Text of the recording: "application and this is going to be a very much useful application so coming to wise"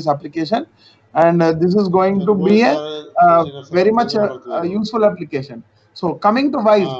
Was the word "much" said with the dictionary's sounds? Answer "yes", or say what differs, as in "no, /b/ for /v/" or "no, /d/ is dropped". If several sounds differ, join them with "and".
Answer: yes